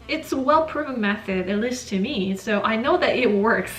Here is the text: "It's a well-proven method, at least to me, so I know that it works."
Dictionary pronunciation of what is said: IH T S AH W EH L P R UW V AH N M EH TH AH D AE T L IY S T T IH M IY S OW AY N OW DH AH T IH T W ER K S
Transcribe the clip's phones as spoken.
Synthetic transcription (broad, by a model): IH T S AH W EH L P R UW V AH M EH TH AH D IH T L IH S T T IH M IY S OW AY N OW DH AH T IH T W ER K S